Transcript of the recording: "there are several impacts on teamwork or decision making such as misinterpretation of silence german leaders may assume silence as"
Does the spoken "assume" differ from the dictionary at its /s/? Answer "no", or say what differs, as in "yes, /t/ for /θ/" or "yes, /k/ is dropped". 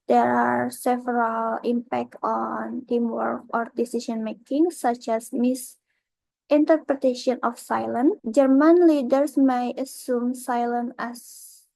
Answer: no